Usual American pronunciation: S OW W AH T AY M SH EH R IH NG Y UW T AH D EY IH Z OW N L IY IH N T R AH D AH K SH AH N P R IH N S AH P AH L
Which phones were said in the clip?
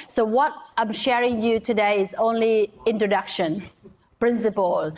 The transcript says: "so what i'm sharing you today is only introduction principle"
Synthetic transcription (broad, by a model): S OW W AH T AY M SH EH R IH NG Y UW T AH D EY IH Z OW N L IY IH N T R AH D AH K SH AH N P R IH N S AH P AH L